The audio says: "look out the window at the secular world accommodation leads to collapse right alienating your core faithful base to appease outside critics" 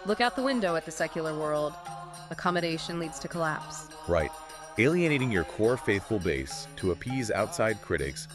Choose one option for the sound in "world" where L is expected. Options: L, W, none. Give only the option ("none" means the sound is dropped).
L